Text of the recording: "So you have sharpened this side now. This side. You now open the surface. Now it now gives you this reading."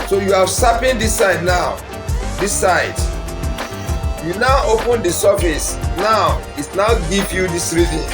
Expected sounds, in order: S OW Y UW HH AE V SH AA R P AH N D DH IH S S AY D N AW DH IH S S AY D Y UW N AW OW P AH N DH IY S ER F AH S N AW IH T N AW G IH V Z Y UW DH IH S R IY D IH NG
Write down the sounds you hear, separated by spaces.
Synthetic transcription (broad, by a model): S OW Y UW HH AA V S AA P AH N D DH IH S S AY D N AW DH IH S S AY D Y UW N AW OW P AH N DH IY S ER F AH S N AW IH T N AW G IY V Y UW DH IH S R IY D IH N